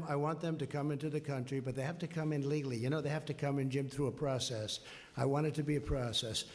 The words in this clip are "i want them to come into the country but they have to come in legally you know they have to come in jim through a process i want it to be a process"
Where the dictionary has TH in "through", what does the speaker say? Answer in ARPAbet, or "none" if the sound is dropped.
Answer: TH